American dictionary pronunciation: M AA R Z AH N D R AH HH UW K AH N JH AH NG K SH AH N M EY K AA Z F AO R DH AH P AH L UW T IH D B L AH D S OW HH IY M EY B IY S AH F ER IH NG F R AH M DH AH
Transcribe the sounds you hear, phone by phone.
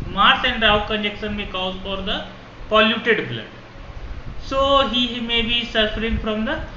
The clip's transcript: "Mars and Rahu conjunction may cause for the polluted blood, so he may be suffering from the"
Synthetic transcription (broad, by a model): M AA R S AH N D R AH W K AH N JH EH K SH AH N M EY K AA Z F AO R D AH P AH L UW T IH D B L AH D S OW HH IY M EY B IY S AH F ER IH NG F R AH M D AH